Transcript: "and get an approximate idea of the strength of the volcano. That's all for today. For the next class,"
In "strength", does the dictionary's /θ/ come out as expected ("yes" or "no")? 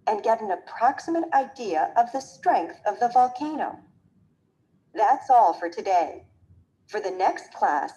yes